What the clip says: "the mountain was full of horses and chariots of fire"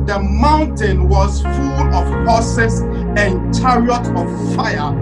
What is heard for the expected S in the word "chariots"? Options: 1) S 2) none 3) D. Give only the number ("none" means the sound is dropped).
2